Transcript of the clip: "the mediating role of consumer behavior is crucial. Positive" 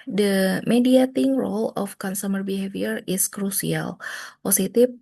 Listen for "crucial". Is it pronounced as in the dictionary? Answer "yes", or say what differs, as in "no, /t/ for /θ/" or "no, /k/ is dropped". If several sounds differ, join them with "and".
no, /s/ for /ʃ/